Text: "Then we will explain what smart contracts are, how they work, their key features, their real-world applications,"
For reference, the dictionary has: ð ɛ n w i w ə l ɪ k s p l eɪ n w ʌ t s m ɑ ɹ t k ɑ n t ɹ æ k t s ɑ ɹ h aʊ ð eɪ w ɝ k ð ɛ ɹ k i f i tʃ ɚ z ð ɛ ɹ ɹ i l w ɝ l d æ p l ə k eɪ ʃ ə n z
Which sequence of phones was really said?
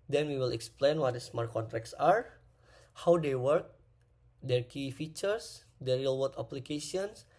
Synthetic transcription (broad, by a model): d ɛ n w i w ə l ɪ k s p l eɪ n w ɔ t s m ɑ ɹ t k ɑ n t ɹ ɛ k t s ɑ ɹ h aʊ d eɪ w ɝ k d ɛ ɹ k i f i tʃ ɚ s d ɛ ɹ ɹ i l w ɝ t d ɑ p l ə k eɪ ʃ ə n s